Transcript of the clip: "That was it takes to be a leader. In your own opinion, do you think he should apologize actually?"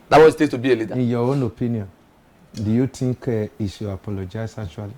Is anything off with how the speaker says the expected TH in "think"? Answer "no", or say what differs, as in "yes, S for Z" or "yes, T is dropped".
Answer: yes, T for TH